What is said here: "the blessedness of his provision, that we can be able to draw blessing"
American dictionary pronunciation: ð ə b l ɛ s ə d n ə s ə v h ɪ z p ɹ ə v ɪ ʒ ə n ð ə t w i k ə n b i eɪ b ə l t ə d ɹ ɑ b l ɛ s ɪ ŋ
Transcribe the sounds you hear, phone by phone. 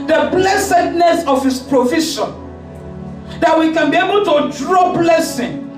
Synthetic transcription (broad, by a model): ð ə b l ɛ s ə d n ə s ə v h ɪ s p ɹ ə f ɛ ʃ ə n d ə t w i k ə n b i eɪ b ə l t ə d ɹ ɑ b l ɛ s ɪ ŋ